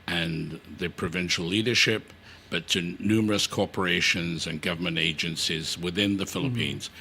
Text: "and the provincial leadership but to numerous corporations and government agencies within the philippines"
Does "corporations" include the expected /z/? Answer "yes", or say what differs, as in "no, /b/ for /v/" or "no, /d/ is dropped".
yes